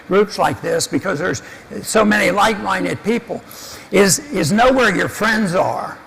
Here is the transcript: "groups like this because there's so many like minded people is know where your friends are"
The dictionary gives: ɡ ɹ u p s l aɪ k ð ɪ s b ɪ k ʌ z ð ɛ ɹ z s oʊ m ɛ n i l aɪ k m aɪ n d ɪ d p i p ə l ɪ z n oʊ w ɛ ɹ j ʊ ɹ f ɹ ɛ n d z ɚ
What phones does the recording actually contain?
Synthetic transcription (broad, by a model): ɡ ɹ u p s l aɪ k ð ɪ s b ɪ k ʌ z ð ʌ ɹ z s oʊ m ɛ n i l aɪ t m aɪ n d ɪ d p i p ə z ɪ z n oʊ w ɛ ɹ j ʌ ɹ f ɹ ɛ n d z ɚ